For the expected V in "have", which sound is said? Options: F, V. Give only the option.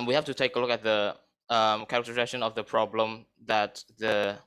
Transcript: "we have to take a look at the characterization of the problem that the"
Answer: F